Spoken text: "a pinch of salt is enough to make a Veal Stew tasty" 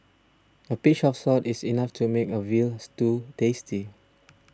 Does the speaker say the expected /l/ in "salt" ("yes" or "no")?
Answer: no